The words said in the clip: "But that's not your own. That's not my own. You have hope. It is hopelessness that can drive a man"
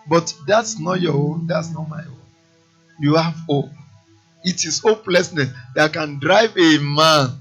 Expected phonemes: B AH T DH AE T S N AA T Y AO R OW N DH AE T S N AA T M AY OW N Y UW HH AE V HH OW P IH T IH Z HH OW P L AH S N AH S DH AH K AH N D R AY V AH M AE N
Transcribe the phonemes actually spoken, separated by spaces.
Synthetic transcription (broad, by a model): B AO T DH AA T S N AA T Y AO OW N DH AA T S N AA T M AY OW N Y UW HH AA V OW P IH T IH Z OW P L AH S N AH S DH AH K AH N D R AY V AH M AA N